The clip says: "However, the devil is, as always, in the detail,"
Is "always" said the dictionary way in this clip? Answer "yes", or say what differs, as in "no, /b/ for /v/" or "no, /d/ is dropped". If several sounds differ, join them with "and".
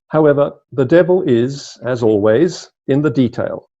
yes